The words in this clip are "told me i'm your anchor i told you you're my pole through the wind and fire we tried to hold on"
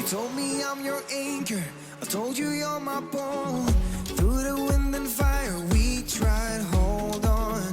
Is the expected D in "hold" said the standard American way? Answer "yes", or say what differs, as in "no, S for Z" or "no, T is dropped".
yes